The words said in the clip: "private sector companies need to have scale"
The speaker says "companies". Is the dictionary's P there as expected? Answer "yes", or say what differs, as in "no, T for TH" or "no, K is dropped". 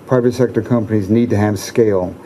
yes